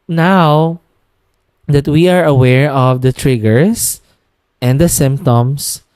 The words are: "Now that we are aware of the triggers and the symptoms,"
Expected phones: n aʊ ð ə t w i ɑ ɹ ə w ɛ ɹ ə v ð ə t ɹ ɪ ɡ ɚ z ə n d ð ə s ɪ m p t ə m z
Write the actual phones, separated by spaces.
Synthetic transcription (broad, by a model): n aʊ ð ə t w i ɑ ɹ ə w ɛ ɹ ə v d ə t ɹ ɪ ɡ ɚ s ə n d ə s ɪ m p t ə m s